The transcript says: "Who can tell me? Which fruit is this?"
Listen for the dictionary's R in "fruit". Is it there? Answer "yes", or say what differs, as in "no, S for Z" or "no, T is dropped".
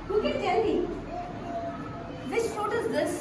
no, R is dropped